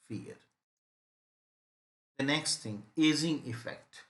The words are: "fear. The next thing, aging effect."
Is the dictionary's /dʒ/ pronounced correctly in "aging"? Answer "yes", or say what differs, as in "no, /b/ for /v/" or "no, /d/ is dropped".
no, /z/ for /dʒ/